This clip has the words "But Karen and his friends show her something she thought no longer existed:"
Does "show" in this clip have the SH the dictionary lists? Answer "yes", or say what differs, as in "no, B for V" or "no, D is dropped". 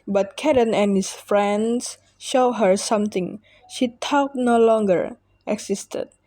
yes